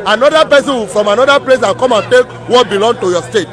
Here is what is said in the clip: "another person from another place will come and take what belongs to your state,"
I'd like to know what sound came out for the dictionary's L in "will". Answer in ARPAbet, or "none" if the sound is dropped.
N